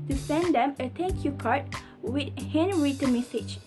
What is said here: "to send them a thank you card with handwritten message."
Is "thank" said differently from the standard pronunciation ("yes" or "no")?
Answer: yes